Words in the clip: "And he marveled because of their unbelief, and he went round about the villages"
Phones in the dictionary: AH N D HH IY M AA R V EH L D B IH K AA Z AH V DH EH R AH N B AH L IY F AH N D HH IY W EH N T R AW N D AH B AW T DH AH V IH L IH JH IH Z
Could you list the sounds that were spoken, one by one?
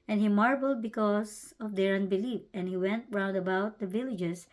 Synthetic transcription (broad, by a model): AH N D HH IY M AA R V L D B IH K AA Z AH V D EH R AH N B AH L IY F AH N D HH IY W EH N T R AW N D AH B AW T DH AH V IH L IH JH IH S